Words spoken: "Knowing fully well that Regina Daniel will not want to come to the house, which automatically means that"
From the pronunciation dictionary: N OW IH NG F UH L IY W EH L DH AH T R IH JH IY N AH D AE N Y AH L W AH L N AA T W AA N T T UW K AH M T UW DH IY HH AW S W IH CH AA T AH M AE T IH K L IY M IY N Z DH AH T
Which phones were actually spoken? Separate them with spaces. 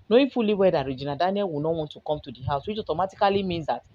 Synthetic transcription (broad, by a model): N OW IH F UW L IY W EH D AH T R IH JH IY N AH D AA N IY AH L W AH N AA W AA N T T UW K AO M T UW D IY HH AW S W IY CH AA T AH M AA T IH K L IY M IY N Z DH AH T